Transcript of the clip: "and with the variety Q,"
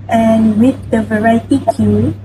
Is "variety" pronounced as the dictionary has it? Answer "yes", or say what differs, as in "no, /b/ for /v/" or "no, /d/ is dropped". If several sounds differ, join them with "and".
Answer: yes